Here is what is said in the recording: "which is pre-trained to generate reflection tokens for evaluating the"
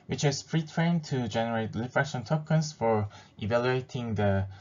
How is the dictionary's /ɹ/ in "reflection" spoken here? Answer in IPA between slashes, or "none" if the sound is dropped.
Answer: /l/